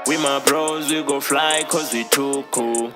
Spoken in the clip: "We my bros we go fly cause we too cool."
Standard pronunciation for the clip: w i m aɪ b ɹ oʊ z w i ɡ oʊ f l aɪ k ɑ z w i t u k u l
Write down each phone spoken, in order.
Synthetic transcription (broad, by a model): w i m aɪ b ɹ oʊ z w i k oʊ f l aɪ k ɑ z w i t u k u